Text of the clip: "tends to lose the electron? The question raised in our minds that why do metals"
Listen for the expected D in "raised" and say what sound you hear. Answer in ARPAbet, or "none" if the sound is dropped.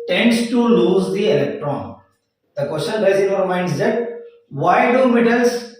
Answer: none